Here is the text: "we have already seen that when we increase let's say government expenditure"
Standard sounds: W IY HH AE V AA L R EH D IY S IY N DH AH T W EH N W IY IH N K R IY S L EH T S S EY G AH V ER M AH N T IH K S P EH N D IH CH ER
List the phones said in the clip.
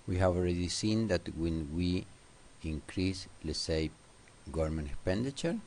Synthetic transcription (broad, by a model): W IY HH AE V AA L R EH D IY S IY N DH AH T W EH N W IY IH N K R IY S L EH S S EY G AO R M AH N IH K S P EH N D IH CH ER